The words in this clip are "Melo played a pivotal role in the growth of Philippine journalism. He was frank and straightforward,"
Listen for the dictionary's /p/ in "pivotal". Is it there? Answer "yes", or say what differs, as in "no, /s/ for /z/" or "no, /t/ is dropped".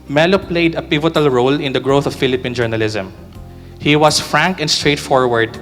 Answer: yes